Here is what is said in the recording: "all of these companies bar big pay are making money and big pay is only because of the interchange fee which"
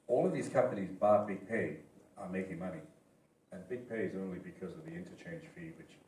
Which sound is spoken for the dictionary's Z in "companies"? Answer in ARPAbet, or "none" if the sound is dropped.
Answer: Z